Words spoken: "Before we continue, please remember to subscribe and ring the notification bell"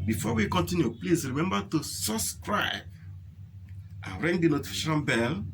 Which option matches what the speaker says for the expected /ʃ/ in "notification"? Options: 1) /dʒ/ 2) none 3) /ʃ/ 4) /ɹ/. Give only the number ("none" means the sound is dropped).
2